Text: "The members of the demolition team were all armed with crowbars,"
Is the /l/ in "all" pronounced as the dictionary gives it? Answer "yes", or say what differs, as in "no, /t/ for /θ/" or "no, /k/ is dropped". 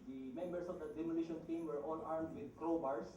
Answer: no, /n/ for /l/